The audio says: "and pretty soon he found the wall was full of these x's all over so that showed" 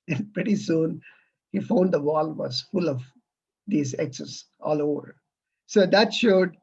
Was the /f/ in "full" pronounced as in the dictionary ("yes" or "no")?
yes